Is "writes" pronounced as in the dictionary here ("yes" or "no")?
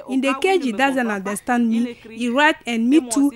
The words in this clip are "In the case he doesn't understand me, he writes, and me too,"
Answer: no